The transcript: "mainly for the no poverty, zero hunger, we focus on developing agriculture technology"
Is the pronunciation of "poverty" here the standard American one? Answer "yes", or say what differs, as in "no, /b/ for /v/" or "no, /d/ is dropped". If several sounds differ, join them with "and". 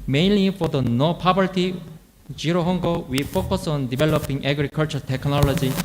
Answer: no, /b/ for /v/